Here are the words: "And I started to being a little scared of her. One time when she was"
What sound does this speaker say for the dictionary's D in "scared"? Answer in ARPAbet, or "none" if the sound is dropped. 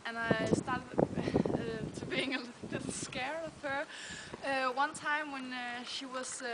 none